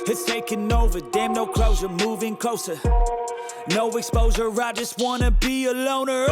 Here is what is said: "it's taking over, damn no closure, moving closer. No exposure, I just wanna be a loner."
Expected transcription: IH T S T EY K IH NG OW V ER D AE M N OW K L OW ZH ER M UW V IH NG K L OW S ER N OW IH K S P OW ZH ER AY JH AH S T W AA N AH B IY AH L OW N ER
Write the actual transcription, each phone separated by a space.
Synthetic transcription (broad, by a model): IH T S T EY K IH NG OW V ER D AE M N OW K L OW S ER M UW V IH NG K L OW S ER N OW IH K S P OW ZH ER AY JH AH S T W AA N AH B IY AH L OW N ER